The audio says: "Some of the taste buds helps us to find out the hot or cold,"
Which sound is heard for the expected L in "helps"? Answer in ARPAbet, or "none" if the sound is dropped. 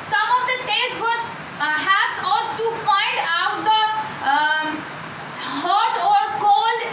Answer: none